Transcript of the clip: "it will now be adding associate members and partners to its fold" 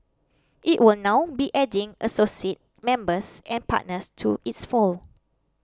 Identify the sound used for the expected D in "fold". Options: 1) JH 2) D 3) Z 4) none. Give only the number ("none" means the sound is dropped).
4